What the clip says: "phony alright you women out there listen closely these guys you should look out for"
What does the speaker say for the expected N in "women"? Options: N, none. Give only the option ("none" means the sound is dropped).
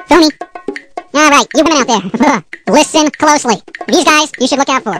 none